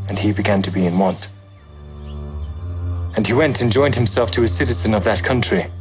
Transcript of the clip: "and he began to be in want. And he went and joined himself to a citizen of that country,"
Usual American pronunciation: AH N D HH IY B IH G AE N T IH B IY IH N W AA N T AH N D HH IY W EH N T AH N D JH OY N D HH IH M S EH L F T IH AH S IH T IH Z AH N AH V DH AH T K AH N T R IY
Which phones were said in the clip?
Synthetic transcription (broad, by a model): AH N IY B IH G AE N T IH B IY IH N W AA N T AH N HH IY W EH N T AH N JH OY N D HH IH M S EH L F T IH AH S IH T IH Z AH N AH V DH AH T K AH N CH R IY